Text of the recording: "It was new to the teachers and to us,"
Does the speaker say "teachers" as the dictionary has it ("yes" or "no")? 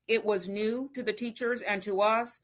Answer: yes